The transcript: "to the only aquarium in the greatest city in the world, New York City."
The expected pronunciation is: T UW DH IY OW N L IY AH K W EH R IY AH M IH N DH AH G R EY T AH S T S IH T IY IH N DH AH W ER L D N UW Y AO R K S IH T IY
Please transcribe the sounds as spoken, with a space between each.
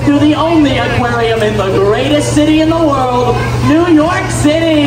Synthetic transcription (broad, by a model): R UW DH IY OW N L IY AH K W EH R IY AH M IH N DH AH G R EY T AH S T S IH T IY IH N DH AH W ER L D N UW Y AO R K S IH T IY